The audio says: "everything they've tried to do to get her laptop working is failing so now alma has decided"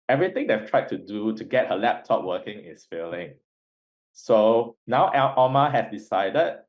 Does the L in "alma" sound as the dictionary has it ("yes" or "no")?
no